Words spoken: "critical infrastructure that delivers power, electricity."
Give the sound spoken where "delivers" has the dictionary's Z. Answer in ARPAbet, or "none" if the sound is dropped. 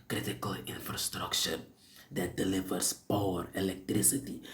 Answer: S